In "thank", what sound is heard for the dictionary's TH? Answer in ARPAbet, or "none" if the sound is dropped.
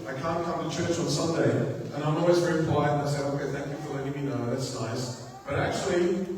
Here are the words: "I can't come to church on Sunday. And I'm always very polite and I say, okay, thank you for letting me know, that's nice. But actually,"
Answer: TH